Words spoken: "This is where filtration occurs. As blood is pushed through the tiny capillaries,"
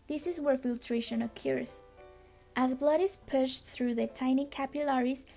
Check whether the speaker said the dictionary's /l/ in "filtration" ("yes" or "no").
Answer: yes